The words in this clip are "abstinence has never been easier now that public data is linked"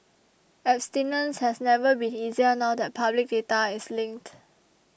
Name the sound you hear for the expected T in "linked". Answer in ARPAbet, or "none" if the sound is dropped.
T